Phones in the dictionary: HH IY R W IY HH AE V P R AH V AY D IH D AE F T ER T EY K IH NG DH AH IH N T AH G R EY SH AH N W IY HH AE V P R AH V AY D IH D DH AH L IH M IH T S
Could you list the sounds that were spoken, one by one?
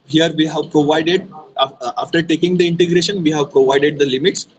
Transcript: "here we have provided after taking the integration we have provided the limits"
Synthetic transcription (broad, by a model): HH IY R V IY HH AE V P R AH V AY D IH D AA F T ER T EY K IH NG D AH IH N T AH G R EY SH AH N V IY HH AE V P R AH V AY D IH D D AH L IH M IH T S